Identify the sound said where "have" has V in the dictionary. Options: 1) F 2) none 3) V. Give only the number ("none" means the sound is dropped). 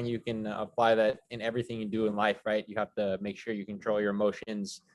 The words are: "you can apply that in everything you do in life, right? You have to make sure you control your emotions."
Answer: 1